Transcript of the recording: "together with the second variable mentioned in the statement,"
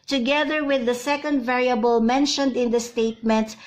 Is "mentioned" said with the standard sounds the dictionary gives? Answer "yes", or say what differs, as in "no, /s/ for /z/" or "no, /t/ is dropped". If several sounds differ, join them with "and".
yes